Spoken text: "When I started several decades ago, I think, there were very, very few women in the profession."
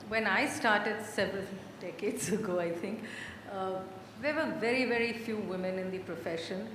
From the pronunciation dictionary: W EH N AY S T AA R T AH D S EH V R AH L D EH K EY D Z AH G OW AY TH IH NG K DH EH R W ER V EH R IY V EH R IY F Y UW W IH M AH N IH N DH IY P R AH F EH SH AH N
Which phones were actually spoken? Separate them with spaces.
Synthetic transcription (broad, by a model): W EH N AY S T AA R T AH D S EH V R AH L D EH K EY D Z AH G OW AY T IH NG K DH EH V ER V EH R IY V EH R IY F Y UW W IH M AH N IH N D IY P R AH F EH SH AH N